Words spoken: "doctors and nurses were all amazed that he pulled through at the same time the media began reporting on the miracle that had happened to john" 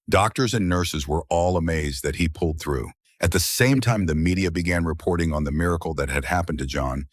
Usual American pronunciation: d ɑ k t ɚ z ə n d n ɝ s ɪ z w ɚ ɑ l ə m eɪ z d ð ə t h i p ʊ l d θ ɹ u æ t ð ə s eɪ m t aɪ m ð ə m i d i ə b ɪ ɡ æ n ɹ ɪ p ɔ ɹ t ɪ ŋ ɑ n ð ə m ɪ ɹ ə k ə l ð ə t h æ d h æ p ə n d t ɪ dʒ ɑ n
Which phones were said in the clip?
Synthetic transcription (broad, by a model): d ɑ k t ɚ z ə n n ɝ s ɪ z w ɚ ɑ l ə m eɪ z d ð ə t h i p ʊ l d θ ɹ u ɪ t ð ə s eɪ m t aɪ m ð ə m i d i ə b ɪ ɡ æ n ɹ ɪ p ɔ ɹ t ɪ ŋ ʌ n ð ə m ɪ ɹ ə k l ð ə t h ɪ d h æ p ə n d t ɪ dʒ ɑ n